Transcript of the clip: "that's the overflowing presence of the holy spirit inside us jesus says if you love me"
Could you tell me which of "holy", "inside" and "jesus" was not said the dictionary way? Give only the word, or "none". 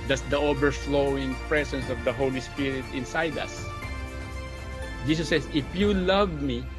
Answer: jesus